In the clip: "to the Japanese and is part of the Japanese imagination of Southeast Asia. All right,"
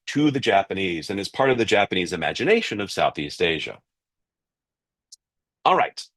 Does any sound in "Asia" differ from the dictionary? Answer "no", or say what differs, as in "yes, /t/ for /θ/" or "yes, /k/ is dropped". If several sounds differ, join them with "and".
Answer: no